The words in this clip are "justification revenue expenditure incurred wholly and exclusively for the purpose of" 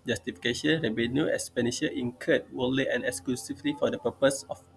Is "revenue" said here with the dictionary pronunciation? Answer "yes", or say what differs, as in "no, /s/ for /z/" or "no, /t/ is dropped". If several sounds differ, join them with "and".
no, /b/ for /v/